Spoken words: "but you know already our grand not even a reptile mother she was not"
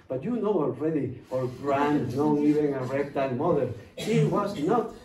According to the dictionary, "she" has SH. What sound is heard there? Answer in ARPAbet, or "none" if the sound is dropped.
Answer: S